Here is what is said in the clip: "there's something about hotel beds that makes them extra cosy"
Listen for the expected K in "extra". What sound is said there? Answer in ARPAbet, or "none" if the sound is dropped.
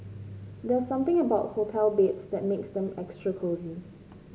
K